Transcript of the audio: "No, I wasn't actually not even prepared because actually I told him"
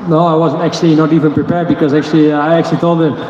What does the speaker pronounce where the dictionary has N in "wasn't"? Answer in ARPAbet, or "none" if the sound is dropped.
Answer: N